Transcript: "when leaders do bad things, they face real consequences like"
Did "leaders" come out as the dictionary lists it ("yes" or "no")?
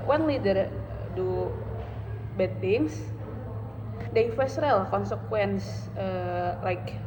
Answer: no